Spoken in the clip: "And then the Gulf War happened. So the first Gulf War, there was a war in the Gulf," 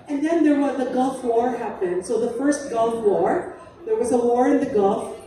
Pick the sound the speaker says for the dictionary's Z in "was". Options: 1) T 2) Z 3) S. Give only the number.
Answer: 2